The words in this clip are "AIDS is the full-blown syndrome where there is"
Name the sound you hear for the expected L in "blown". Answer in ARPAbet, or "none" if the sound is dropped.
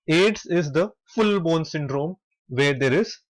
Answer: none